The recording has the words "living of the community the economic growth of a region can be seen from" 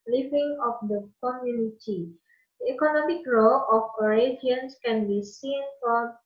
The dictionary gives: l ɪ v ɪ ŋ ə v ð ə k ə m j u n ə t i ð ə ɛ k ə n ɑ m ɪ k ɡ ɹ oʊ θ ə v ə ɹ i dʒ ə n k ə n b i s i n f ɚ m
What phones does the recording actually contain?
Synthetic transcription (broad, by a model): l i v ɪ ŋ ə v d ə k ə m j u n ə t i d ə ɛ k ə n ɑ m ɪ k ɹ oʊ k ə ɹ ə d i ə n k ə n b i s i n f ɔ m